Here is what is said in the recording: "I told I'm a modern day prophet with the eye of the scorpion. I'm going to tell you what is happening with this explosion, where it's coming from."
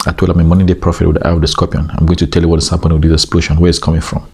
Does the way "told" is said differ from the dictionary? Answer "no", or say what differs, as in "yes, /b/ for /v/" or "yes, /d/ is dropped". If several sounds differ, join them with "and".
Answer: yes, /d/ is dropped